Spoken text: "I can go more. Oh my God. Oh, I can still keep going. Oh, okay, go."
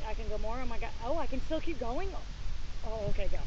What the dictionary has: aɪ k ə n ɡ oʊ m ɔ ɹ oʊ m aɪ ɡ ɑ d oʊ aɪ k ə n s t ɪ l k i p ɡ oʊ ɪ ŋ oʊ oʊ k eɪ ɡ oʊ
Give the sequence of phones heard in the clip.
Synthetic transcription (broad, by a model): aɪ k ə n ɡ oʊ m ɔ ɹ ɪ m aɪ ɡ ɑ oʊ aɪ k ə n s t ɪ l k i p ɡ oʊ ɪ ŋ oʊ oʊ k eɪ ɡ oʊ